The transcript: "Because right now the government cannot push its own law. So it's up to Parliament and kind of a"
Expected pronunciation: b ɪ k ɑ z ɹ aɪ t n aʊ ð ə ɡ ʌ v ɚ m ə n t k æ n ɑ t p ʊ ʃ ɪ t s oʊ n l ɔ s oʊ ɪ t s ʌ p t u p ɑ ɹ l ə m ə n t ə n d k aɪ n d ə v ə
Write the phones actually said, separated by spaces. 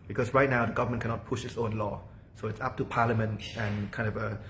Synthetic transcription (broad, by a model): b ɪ k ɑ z ɹ aɪ t n aʊ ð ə ɡ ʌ v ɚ m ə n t k æ n ɑ t p ʊ ʃ ɪ t s oʊ n l ɔ s oʊ ɪ t s ʌ p t u p ɑ ɹ l ə m ə n t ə n k aɪ n d ə v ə